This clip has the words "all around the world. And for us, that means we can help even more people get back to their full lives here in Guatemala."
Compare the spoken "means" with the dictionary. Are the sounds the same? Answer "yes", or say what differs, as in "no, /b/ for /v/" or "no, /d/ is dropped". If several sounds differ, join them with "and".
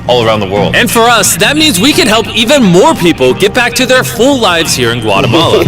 yes